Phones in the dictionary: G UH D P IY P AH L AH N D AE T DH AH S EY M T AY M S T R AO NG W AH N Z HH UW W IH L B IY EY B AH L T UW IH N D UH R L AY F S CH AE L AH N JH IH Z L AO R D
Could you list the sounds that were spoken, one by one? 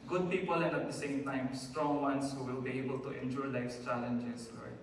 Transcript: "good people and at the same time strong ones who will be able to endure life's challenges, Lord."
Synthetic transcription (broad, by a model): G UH D P IY P AH L AH N D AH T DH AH S EY M T AY M S T R AO NG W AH N S HH UW W IH L B IY EY B AH L T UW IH N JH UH R L AY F S CH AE L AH N JH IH S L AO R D